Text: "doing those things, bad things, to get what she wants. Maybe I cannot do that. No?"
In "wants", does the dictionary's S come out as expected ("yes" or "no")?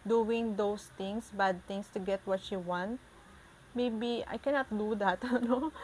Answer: no